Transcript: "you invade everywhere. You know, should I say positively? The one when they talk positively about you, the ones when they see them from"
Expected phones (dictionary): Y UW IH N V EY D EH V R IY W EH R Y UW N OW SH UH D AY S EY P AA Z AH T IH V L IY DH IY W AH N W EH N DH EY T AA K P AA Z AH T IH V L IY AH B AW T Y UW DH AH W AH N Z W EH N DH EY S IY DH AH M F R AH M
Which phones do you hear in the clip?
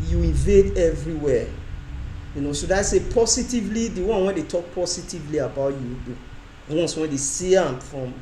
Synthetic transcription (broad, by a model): Y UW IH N V EY D EH V R IY W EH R Y UW N OW S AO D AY S EY P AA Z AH T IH V L IY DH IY W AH N W EH N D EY T AA K P AA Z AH T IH V L IY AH B AW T Y UW W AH N S W EH N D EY S IY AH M F R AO M